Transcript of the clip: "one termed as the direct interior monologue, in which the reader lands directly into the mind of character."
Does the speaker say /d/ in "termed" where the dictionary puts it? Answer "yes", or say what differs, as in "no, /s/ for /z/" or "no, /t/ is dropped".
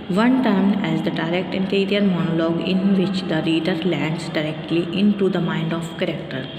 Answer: no, /d/ is dropped